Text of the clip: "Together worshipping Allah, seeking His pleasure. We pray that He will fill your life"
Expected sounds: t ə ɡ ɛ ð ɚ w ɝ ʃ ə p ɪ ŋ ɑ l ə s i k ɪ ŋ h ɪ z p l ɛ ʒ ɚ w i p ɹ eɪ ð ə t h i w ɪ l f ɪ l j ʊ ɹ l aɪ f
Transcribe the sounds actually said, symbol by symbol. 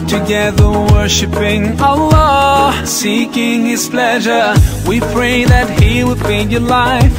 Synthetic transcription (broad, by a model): t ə ɡ ɛ ð ɚ w ɝ ʃ ə p ɪ ŋ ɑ l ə s i k ɪ ŋ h ɪ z p l ɛ ʒ ɚ w i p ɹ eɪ ð ə t h i w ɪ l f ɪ n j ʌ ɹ l aɪ f